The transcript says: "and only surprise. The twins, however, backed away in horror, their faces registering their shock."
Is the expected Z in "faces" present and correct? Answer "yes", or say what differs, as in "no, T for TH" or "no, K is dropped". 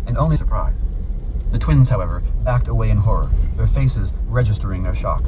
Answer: yes